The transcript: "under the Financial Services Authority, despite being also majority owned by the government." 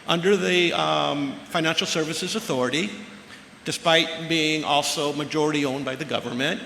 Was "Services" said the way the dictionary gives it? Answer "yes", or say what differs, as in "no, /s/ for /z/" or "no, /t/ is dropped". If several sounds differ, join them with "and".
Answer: yes